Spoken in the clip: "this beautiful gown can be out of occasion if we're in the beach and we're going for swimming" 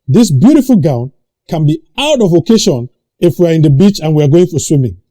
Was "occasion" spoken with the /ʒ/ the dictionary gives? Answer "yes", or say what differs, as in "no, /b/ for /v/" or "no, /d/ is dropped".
no, /ʃ/ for /ʒ/